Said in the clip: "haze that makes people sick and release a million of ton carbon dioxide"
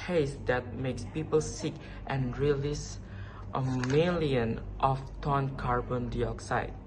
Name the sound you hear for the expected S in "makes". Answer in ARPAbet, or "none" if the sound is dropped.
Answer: S